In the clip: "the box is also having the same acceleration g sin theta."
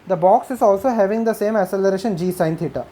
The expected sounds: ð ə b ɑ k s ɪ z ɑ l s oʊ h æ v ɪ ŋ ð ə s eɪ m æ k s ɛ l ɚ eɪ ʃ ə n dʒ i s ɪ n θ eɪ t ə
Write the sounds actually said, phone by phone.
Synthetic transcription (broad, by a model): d ə b ɑ k s ɪ z ɑ l s oʊ h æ v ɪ ŋ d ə s eɪ m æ s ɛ l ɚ eɪ ʃ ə n dʒ i s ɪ n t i t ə